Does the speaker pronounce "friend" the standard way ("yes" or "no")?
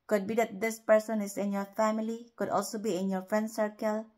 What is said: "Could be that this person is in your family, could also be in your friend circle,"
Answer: yes